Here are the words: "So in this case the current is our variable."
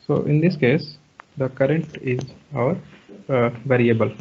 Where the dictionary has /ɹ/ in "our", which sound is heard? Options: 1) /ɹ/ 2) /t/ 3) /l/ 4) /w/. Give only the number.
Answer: 1